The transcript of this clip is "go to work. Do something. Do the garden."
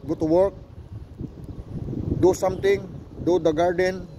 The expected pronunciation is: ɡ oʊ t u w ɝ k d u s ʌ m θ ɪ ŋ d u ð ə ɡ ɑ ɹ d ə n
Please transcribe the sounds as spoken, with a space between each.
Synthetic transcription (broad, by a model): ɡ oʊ t u w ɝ k d u s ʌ m t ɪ ŋ d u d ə ɡ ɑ ɹ d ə n